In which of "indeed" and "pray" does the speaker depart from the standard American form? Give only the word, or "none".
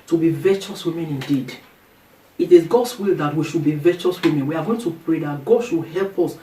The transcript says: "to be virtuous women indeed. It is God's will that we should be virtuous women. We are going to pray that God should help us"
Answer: none